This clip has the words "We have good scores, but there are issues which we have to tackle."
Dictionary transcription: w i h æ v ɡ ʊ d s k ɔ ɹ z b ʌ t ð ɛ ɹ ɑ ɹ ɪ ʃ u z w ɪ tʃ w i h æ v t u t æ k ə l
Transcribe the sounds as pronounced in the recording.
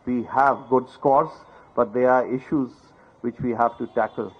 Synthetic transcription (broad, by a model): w i h æ v ɡ ʊ d s k ɔ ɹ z b ʌ t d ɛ ɹ ɑ ɹ ɪ ʃ u z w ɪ tʃ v i h æ v t u t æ k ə l